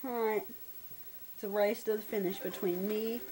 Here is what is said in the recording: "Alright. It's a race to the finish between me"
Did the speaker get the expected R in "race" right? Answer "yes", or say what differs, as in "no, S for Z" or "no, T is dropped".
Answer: yes